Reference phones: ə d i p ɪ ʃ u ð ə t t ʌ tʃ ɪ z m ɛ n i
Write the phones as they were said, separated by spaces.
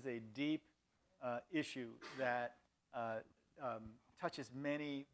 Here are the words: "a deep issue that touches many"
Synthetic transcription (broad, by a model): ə d i p ɪ ʃ u ð ə t t ʌ tʃ ɪ z m ɛ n i